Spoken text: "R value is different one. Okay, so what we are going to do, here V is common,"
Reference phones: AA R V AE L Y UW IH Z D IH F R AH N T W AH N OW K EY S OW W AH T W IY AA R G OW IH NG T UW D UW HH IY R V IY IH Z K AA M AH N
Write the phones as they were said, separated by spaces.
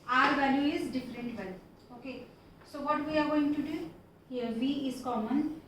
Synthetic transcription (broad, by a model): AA R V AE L Y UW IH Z D IH F R AH N T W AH L OW K EY S OW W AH T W IY AA R G OW IH NG T UW D UW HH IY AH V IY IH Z K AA M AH N